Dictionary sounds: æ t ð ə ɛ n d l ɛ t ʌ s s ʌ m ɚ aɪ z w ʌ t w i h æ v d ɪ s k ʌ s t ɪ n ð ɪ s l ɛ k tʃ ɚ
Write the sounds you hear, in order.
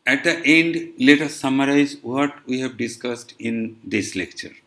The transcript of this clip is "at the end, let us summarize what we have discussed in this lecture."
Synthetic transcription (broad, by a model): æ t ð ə ɛ n d l ɛ t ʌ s s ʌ m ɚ aɪ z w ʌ t w i h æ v d ɪ s k ʌ s t ɪ n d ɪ s l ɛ k tʃ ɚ